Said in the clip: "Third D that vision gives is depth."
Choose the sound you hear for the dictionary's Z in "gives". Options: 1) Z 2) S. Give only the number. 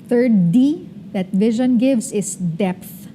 2